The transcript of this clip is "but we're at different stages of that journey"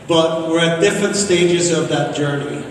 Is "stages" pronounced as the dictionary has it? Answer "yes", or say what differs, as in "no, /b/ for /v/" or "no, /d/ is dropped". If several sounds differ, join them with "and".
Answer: yes